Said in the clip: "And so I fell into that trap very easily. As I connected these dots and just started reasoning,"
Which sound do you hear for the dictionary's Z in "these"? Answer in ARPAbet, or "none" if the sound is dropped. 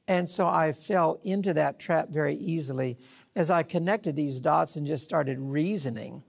Z